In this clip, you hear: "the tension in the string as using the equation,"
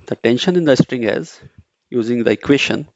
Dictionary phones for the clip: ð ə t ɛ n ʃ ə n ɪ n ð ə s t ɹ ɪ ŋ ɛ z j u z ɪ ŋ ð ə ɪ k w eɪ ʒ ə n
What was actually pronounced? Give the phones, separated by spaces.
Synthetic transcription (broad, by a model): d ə t ɛ n ʃ ə n ɪ n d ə s t ɹ ɪ ŋ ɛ z j u z ɪ ŋ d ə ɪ k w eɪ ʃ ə n